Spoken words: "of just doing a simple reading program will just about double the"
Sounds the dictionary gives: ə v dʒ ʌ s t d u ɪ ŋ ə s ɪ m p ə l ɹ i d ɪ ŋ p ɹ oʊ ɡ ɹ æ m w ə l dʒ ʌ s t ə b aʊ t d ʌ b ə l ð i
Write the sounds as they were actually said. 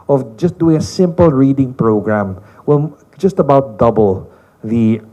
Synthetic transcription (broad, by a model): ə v dʒ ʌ s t d u ɪ ŋ ə s ɪ m p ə l ɹ i d ɪ ŋ p ɹ oʊ ɡ ɹ æ m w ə n dʒ ʌ s t ə b aʊ t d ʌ b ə l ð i